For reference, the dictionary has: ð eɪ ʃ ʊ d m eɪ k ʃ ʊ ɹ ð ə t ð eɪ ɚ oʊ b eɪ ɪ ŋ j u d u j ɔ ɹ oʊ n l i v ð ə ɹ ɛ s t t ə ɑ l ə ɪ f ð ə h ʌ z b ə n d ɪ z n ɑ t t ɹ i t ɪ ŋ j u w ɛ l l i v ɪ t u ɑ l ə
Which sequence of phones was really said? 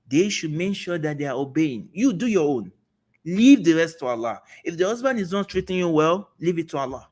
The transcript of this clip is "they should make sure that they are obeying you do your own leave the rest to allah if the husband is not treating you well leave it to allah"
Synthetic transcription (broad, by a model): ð eɪ ʃ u d m eɪ k ʃ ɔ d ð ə t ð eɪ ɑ oʊ b eɪ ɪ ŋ j u d u j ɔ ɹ oʊ n l i v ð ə ɹ ɛ s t t ə ɑ l ə ɪ f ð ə h ʌ z b ə n d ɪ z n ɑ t t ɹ i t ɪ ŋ j u w ɛ l l i v ɪ t u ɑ l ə